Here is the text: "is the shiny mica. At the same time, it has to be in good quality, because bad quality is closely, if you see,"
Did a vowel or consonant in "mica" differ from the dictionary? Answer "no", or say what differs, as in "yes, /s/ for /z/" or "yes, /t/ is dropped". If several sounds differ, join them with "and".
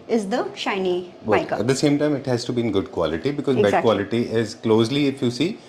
yes, /k/ is dropped